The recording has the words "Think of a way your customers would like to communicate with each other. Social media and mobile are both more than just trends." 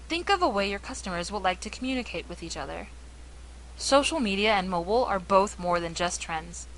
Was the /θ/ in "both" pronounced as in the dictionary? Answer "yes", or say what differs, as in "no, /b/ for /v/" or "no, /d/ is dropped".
yes